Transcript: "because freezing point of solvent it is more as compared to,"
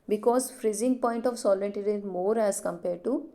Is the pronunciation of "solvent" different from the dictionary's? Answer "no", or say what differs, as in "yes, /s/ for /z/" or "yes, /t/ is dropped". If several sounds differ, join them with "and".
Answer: yes, /v/ is dropped